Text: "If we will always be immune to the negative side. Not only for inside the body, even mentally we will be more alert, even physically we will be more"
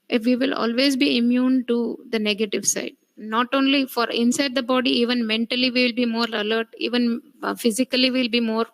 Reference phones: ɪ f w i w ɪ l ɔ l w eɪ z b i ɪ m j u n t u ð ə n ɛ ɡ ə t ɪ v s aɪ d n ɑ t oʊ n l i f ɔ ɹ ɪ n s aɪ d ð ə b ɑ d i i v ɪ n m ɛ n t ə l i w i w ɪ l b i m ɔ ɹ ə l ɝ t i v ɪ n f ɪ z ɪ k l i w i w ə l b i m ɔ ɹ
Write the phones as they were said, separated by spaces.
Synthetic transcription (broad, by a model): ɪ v i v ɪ l ɔ l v eɪ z b i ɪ m j u n t u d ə n ɛ ɡ ə t ɪ v s aɪ d n ɑ t oʊ n l i f ɔ ɹ ɪ n s aɪ d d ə b ɑ d i i v ɪ n m ɛ n t ə l i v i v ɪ l b i m ɔ ɹ ə l ɝ t i v ɪ n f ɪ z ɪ k i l i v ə l b i m ɔ ɹ